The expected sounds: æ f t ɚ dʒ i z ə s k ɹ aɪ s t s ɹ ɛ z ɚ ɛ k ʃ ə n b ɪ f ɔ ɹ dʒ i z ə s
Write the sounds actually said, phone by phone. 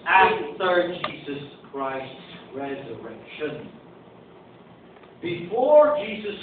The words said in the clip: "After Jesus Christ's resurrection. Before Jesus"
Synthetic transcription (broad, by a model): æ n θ ɚ dʒ i z ə s k ɹ aɪ s t s ɹ ɛ z ɚ ɛ k ʃ ə n b ɪ f ɔ ɹ dʒ i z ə s